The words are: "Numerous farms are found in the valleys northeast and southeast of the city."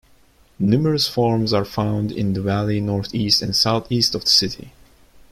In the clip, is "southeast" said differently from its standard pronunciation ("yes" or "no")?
no